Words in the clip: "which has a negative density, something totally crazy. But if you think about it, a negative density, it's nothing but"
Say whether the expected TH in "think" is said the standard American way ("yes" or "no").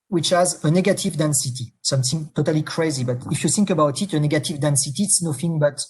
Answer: yes